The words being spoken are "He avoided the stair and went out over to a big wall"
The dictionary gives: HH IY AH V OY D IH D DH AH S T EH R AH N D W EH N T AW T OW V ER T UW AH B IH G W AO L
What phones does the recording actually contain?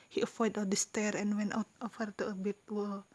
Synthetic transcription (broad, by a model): HH IY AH F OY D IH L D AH S T EH R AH N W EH N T AW T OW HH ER T UW AH B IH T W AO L